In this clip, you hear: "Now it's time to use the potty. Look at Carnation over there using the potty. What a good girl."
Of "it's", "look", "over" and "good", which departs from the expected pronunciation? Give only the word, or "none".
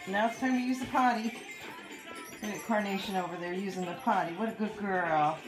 look